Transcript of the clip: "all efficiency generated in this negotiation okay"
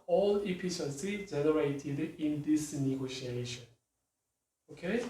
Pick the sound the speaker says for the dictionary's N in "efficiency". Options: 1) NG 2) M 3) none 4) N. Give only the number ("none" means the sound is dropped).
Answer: 3